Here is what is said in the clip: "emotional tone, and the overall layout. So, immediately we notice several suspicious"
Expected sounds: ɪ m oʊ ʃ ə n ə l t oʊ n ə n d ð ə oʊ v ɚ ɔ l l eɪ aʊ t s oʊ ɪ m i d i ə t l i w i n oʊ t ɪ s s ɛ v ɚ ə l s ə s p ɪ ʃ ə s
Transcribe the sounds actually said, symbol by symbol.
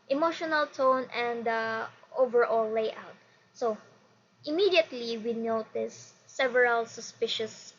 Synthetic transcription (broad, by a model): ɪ m oʊ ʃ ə n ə l t oʊ n ə n d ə oʊ v ɚ ɔ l l eɪ aʊ t s oʊ ɪ m i d i ə t l i w i n oʊ t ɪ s s ɛ v ɚ ə l s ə s p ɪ ʃ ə s